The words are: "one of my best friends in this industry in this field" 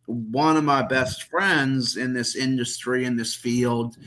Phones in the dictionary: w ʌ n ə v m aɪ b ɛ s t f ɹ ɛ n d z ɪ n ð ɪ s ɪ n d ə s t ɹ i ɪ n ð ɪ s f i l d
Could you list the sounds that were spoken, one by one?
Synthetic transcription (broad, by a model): w ʌ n ə v m aɪ b ɛ s t f ɹ ɛ n d z ɪ n ð ɪ s ɪ n d ə s t ɹ i ɪ n ð ɪ s f i l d